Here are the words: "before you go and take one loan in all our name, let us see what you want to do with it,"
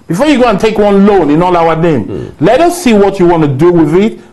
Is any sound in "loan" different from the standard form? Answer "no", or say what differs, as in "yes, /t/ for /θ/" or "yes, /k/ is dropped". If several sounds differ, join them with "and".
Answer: no